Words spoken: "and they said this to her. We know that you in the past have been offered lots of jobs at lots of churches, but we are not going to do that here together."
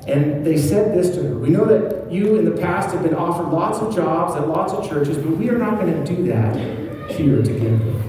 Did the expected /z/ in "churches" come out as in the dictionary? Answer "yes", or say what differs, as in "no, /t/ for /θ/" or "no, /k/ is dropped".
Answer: yes